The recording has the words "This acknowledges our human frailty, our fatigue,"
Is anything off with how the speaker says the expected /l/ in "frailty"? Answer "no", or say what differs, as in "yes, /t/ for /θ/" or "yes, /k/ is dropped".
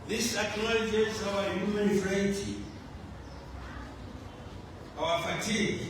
yes, /l/ is dropped